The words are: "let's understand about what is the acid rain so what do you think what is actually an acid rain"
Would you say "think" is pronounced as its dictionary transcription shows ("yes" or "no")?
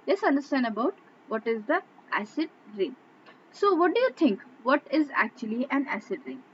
no